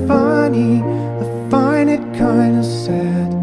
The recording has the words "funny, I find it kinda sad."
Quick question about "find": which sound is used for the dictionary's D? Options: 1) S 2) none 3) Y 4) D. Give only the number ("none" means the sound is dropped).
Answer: 2